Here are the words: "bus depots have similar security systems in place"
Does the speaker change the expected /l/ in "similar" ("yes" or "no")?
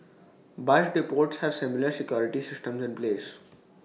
no